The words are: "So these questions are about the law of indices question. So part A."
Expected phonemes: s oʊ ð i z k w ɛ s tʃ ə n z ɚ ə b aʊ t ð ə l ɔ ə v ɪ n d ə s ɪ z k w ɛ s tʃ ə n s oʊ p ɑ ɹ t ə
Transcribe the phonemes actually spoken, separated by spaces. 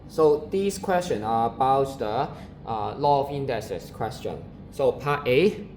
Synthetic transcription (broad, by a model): s oʊ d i s k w ɛ s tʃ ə n ɚ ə b aʊ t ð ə l ɔ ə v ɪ n d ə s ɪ s k w ɛ s tʃ ə n s oʊ p ɑ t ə